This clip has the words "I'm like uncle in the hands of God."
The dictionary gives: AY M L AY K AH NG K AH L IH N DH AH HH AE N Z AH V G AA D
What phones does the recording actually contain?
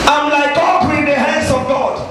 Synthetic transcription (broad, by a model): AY M L AY K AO K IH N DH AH HH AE N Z AH V G AA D